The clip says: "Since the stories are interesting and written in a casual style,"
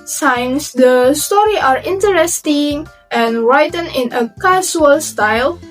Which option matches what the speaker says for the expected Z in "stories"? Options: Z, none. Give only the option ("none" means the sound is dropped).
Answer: none